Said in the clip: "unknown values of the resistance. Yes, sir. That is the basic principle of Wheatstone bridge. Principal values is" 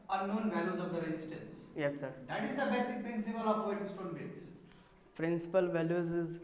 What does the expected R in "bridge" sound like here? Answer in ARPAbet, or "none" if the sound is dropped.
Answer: none